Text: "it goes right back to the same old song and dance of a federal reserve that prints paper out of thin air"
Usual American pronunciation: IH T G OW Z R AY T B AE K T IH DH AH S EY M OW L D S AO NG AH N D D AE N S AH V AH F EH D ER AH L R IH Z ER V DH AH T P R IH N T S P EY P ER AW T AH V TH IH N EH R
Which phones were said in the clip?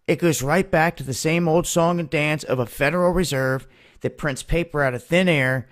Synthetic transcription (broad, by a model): IH T G OW Z R AY T B AE K T IH DH AH S EY M OW L D S AO NG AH N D D AE N S AH V AH F EH D ER L R IH Z ER V DH AH T P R IH N S P EY P ER AW T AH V TH IH N EH R